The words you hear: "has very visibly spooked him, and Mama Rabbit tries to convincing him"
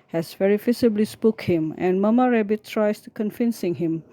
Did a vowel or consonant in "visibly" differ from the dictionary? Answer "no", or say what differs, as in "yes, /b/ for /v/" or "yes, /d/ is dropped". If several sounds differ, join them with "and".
yes, /f/ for /v/ and /s/ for /z/